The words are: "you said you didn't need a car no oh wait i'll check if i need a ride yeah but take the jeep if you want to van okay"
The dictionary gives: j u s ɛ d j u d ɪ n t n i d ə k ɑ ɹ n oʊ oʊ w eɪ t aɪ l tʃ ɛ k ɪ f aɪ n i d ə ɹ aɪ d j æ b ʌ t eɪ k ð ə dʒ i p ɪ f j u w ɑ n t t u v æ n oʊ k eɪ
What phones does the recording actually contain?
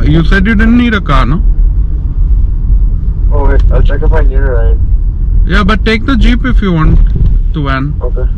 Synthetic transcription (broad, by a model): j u s ɛ d j u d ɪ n n i d ə k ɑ n oʊ oʊ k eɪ aɪ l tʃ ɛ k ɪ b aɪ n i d ə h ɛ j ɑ b ʌ t eɪ k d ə dʒ i p ɪ f j u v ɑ n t t u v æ n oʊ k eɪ